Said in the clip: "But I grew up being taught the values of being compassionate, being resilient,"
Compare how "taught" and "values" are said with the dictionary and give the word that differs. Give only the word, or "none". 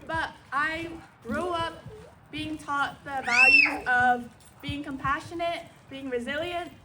values